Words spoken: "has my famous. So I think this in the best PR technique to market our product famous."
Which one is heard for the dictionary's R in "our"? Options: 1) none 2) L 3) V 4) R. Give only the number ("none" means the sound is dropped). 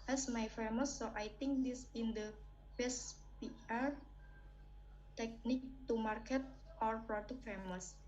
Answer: 4